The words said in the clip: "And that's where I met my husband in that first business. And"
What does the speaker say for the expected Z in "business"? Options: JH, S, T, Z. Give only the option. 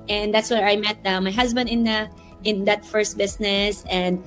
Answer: S